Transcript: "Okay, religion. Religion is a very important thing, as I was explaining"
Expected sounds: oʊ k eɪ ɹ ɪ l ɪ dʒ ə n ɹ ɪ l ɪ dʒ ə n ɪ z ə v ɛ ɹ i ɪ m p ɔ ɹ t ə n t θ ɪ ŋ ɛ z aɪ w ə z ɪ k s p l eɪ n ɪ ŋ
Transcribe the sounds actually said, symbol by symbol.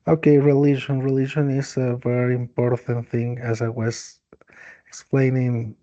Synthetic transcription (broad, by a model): oʊ k eɪ ɹ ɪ l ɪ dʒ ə n ɹ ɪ l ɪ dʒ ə n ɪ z ə v ɛ ɹ i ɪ m p ɔ ɹ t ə n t θ ɪ ŋ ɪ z aɪ w ə z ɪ k s p l eɪ n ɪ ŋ